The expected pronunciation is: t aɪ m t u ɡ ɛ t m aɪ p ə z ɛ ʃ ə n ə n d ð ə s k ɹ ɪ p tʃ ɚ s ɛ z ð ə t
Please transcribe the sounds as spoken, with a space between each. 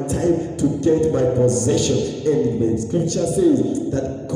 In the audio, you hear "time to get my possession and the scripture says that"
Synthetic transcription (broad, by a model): t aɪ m t u ɡ ɛ t m aɪ p ə z ɛ ʃ ə n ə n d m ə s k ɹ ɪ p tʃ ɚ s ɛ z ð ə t